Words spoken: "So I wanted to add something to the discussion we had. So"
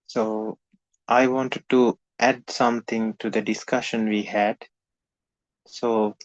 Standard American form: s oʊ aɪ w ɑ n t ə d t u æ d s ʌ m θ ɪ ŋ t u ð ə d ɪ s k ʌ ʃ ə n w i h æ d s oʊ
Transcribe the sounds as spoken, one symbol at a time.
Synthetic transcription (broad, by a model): s oʊ aɪ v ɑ n t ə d t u æ d s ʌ m t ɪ ŋ t u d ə d ɪ s k ʌ ʃ ə n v i h æ d s oʊ